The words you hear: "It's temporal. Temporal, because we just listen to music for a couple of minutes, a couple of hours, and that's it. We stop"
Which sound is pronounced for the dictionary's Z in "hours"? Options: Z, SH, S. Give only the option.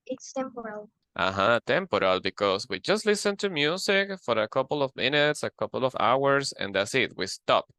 S